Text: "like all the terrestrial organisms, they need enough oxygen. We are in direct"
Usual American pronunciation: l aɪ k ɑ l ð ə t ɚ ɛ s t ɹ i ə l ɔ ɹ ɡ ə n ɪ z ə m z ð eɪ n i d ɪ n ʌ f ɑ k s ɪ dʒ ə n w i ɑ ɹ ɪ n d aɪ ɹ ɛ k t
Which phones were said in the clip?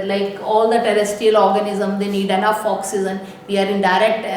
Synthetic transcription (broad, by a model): l aɪ k ɑ l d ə t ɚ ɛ s t i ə l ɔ ɹ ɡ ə n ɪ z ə m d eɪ n i d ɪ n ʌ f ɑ k s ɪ z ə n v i ɑ ɹ ɪ n d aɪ ɹ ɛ k t